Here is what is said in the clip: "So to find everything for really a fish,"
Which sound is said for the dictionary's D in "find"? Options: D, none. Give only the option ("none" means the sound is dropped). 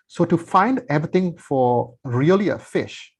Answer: D